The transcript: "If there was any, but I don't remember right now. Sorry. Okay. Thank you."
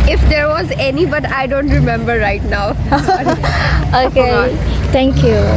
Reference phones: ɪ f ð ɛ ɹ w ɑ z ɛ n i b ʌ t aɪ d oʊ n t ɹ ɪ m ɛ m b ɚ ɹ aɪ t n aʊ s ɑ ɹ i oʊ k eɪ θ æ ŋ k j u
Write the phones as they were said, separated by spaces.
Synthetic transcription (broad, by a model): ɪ f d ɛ ɹ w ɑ z ɛ n i b ʌ t aɪ d oʊ n t ɹ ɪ m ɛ m b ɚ ɹ aɪ t n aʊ ɑ i oʊ k eɪ t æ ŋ k j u